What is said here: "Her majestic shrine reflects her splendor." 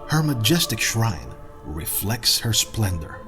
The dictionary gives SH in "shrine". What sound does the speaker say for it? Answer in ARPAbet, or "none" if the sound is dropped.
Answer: SH